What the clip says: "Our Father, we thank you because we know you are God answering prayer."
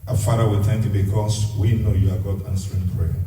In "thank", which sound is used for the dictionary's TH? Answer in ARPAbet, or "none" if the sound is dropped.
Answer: T